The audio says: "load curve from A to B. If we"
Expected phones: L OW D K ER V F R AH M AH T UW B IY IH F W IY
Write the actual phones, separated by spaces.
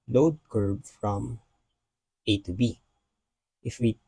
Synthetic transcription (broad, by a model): L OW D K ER B F R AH M AH T UW B IY IH F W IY